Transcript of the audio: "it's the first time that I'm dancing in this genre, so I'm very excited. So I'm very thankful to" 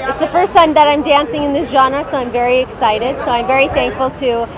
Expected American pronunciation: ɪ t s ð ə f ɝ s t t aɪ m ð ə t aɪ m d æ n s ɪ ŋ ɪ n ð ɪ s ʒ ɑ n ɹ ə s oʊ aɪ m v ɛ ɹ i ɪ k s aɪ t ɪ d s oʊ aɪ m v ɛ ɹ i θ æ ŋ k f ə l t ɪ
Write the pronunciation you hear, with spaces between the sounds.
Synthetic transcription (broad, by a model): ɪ t s ð ə f ɝ s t t aɪ m ð ə t aɪ m d æ n s ɪ ŋ ɪ n ð ɪ s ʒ ɑ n ɹ s oʊ aɪ m v ɛ ɹ i ɪ k s aɪ t ɪ d s oʊ aɪ m v ɛ ɹ i θ æ ŋ k f ə l t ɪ